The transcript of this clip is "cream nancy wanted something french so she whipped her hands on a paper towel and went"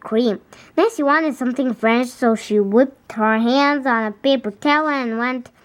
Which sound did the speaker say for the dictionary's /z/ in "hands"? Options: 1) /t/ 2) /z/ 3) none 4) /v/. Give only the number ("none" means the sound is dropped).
2